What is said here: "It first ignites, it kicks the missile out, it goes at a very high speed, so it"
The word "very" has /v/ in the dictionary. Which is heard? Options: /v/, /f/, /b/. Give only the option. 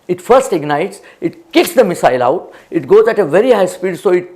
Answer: /v/